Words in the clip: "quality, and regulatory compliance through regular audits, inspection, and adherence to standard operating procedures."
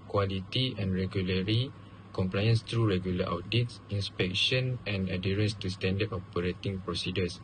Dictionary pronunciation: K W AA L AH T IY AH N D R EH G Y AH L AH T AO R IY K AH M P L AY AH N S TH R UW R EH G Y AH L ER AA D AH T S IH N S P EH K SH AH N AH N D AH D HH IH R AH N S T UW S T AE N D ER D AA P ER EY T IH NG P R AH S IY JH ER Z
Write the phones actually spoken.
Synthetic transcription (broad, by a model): K W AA L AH T IY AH N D R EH G Y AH L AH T R IY K AH M P L AY AH N S T R UW R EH G Y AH L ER AA D AH T S IH N S P EH K SH AH N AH N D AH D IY R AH N S T UW S T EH N D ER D AA P ER EY T IH NG P R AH S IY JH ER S